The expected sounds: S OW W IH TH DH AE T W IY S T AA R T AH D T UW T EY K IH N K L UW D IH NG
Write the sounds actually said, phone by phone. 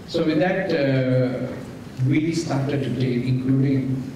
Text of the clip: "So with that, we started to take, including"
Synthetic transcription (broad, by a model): S OW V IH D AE T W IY S T AA R T AH D T UW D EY IH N K L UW D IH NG